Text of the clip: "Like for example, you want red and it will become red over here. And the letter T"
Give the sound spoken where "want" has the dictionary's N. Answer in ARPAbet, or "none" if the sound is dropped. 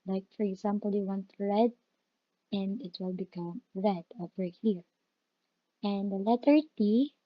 N